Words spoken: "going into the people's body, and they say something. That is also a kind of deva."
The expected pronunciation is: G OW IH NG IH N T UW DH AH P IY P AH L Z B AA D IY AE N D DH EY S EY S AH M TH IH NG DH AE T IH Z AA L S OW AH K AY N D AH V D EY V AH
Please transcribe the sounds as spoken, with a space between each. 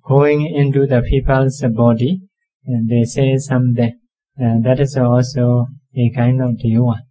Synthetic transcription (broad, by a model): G OW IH NG IH N T UW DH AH P IY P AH L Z B AA D IY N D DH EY S EY S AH M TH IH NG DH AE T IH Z AA L S OW AH K AY N D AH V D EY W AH